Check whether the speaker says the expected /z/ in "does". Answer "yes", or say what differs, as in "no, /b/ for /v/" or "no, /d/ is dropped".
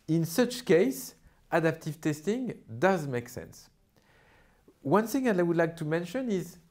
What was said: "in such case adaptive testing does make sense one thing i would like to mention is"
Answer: yes